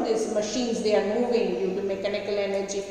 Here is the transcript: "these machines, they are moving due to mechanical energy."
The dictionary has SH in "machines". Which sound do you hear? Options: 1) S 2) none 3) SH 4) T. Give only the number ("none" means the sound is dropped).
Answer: 3